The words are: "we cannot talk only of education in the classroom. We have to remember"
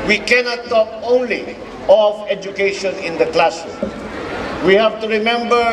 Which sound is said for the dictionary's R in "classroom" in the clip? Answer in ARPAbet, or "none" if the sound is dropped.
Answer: none